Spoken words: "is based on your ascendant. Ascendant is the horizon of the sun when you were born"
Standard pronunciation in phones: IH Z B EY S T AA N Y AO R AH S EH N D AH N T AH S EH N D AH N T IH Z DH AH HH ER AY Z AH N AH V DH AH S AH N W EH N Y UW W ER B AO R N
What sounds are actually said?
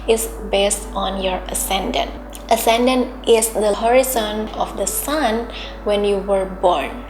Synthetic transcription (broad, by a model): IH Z B EY S T AA N Y AO R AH S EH N D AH N T AH S EH N D AH N T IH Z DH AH HH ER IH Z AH N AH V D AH S AH N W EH N Y UW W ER B AO R N